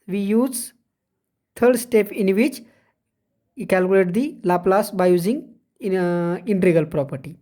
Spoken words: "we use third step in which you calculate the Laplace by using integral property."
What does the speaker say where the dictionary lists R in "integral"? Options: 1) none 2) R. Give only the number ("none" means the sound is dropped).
1